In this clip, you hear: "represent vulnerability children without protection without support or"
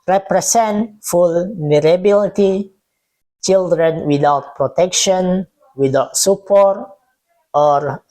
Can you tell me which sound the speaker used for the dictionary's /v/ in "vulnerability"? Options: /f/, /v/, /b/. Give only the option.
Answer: /f/